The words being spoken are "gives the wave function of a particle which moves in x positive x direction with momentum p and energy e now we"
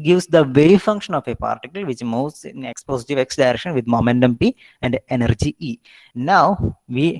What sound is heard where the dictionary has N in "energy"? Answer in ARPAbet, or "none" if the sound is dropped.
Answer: N